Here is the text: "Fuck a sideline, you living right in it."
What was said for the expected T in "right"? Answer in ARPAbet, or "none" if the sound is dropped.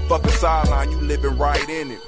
T